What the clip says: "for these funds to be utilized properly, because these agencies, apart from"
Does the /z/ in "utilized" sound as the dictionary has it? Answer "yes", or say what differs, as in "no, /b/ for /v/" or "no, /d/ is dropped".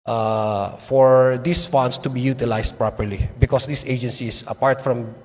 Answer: no, /s/ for /z/